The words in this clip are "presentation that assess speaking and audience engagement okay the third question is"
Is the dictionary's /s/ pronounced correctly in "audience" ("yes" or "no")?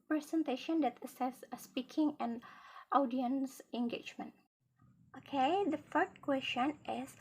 yes